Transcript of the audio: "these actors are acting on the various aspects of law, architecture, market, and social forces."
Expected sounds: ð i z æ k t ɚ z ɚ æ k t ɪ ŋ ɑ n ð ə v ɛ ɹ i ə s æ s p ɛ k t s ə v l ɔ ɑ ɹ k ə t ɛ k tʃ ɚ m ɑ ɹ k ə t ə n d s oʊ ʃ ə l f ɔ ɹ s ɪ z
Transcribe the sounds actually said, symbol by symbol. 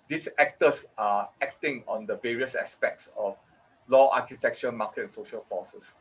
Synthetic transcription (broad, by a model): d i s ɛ k t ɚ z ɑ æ k t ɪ ŋ ɑ n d ə v ɛ ɹ i ə s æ s p ɛ k t s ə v l ɔ ɑ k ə t ɛ k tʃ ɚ m ɑ k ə t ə n s oʊ ʃ ə l f ɔ s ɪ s